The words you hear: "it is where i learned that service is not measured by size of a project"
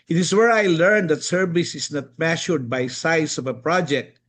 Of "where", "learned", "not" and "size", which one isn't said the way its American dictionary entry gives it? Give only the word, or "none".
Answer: size